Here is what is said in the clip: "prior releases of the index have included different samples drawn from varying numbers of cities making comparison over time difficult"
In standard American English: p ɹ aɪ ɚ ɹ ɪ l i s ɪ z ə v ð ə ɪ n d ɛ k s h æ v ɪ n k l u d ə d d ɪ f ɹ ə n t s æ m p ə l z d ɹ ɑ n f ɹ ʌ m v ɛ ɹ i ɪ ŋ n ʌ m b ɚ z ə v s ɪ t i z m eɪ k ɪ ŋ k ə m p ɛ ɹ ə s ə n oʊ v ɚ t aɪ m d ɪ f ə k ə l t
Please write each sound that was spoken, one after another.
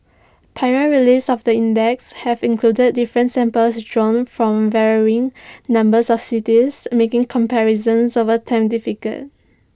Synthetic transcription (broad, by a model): p aɪ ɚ ɹ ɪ l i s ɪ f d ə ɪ n d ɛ k s h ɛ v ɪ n k l u d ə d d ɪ f ɹ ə n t s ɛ m p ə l s d ɹ ɑ n f ɹ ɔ m v ɛ ɹ i ɪ ŋ n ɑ m b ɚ s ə f s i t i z m eɪ k ɪ ŋ k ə m p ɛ ɹ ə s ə n oʊ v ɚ t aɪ m d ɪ f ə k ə t